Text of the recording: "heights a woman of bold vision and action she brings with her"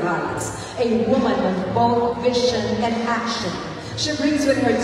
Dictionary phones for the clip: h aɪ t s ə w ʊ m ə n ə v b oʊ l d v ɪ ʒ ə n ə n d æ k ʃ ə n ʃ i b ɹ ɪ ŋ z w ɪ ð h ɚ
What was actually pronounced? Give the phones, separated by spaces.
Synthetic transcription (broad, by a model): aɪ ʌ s ə w ʊ m ə n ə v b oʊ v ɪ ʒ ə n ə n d æ k ʃ ə n ʃ i b ɹ ɪ ŋ z w ɪ ð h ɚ